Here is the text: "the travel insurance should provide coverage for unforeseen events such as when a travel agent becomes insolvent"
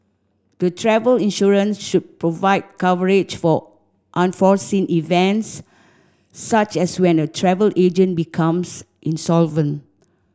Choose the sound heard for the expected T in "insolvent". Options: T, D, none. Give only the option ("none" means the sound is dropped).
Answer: T